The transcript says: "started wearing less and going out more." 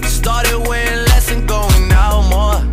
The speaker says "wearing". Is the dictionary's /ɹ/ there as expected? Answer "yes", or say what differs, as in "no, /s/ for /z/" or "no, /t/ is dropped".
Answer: no, /ɹ/ is dropped